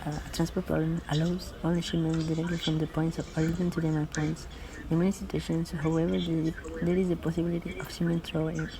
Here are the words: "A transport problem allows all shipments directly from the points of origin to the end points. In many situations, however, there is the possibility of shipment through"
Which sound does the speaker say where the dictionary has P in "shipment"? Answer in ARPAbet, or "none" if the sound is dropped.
none